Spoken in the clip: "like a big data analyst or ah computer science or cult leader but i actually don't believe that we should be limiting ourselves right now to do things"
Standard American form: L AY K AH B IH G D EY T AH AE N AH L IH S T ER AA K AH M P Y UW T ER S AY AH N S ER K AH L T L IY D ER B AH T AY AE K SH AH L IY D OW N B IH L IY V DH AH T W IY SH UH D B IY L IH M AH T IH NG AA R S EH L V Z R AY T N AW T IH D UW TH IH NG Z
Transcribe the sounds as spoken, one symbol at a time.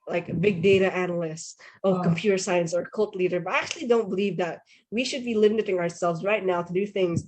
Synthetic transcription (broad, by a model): L AY K AH B IH G D EY T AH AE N L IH S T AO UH K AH M P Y UW T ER S AY AH N S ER K AH L T L IY D ER B AH T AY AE K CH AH L IY D OW N B IH L IY V DH AH T W IY SH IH D B IY L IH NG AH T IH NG AA R S EH L V Z R AY T N AW T IH D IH TH IH NG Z